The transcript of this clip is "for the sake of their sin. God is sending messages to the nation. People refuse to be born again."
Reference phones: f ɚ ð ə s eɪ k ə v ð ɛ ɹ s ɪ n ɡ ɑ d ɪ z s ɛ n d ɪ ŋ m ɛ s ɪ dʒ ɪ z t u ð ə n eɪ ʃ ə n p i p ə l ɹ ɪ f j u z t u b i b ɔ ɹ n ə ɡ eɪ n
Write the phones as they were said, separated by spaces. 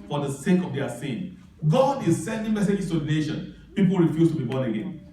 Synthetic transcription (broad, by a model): f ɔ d ə s eɪ k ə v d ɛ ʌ s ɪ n ɡ ɑ d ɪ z s ɛ n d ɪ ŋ m ɛ s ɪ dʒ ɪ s t u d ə n eɪ ʃ ə n p i p ə l ɹ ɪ f j u s t u b i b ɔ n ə ɡ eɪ n